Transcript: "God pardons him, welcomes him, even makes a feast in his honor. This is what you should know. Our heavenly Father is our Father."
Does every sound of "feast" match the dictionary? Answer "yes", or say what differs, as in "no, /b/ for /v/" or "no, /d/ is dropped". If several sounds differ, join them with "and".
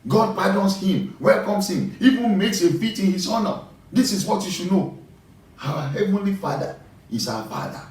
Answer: no, /s/ is dropped